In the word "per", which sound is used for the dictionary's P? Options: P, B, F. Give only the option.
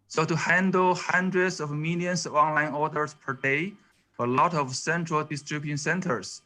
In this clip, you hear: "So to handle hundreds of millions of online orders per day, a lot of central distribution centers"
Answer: P